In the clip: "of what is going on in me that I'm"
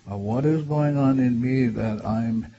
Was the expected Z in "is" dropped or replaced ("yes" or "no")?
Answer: no